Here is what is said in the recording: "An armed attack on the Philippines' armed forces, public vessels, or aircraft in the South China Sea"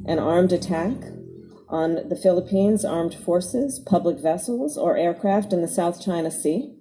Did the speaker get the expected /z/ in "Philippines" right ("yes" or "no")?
yes